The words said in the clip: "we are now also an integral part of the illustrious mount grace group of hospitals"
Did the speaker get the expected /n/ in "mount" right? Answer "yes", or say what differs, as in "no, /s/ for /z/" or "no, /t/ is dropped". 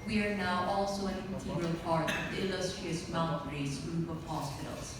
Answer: no, /l/ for /n/